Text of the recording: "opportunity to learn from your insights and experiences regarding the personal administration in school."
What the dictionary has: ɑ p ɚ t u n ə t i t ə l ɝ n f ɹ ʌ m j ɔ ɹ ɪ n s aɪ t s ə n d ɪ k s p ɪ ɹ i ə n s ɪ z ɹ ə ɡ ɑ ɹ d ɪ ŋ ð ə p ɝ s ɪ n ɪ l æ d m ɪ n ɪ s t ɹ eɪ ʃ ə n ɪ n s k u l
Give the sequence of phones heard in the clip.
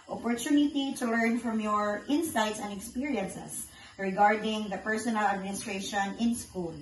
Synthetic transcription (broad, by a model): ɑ p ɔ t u n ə t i t ə l ɝ n f ɹ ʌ m j ɔ ɹ ɪ n s aɪ t s ə n d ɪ k s p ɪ ɹ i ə n s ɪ s ɹ ə ɡ ɑ ɹ d ɪ ŋ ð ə p ɝ s ɪ n ɪ l æ d m ɪ n ɪ s t ɹ eɪ ʃ ə n ɪ n s k u l